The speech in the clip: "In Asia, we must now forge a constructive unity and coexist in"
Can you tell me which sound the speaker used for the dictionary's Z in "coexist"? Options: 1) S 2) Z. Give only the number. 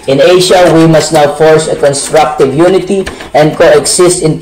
1